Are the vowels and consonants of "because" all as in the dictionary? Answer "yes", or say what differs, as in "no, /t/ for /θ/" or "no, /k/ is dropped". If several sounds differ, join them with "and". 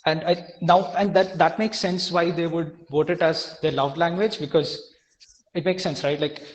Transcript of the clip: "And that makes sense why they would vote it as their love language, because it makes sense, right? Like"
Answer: yes